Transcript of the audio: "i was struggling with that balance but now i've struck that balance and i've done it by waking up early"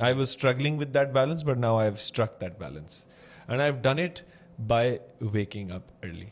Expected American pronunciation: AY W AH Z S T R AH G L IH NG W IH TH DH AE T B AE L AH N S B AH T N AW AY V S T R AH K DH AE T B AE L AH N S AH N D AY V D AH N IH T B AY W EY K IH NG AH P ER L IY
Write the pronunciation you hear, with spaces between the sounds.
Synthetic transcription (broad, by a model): AY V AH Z S T R AH G L IH NG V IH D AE T B AE L AH N S B AH T N AW AY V S T R AH K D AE T B AE L AH N S AH N D AY V D AH N IH T B AY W EY K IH NG AH P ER L IY